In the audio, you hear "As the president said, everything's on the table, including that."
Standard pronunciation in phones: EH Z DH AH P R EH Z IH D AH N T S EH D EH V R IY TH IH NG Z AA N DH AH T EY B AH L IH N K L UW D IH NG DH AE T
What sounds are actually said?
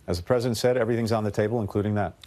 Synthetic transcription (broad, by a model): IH Z DH AH P R EH Z IH D AH N T S EH D EH V R IY TH IH NG Z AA N DH AH T EY B AH L IH N K L UW D IH NG DH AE T